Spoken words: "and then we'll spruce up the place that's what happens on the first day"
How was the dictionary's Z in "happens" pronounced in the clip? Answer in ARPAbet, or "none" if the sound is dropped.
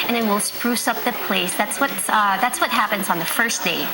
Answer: Z